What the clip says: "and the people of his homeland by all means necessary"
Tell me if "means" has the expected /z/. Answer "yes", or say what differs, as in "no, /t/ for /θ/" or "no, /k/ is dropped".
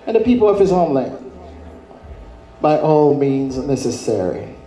yes